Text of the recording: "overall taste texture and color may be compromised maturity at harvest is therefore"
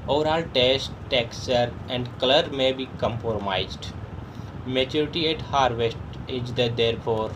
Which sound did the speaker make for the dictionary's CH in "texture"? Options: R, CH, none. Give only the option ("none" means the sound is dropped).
none